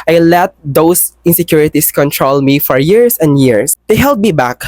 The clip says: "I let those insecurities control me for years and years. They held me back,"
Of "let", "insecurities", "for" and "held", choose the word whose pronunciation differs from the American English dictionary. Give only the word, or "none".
insecurities